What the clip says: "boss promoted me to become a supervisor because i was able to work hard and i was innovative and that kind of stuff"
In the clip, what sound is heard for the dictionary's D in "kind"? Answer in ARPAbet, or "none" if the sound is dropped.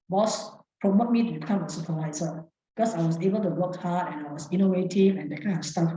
none